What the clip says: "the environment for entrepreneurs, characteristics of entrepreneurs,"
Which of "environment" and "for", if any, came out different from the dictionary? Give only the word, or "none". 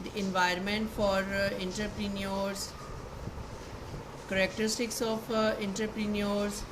none